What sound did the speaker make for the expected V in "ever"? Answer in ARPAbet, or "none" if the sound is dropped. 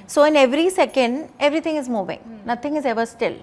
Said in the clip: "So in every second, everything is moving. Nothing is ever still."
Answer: V